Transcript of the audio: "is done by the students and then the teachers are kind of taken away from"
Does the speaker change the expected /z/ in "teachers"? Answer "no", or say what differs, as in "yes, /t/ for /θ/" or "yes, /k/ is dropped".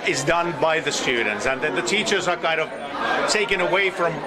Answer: no